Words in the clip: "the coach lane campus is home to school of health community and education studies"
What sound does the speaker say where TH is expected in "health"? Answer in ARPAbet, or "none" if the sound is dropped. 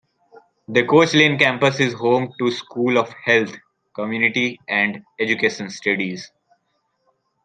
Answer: T